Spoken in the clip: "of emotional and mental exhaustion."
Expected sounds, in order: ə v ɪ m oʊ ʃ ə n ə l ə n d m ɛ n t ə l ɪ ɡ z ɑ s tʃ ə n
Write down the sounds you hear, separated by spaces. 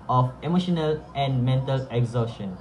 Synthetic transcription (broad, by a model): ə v ɪ m oʊ ʃ ə n ə l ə n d m ɛ n t ə l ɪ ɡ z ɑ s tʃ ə n